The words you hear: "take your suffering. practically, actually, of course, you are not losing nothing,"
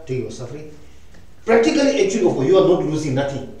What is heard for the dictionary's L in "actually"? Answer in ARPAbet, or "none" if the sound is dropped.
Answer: none